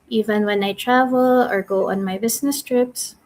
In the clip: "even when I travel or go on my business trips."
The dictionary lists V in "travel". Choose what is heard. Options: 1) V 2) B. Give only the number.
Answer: 1